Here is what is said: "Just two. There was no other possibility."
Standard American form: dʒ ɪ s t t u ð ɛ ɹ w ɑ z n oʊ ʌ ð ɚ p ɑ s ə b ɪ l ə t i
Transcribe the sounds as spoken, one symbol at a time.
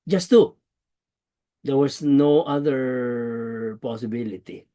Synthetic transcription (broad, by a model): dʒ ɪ s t t u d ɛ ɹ w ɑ s n oʊ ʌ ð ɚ p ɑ s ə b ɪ l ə t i